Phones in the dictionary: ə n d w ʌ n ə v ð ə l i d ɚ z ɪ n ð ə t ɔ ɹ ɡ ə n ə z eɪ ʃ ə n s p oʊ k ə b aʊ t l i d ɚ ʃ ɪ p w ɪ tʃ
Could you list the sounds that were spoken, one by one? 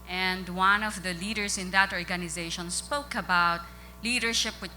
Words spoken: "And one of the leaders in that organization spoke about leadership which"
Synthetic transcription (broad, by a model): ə n d w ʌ n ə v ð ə l i d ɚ s ɪ n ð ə t ɔ ɹ ɡ ə n ə z eɪ ʃ ə n s p oʊ k ə b aʊ t l i d ɚ ʃ ɪ p w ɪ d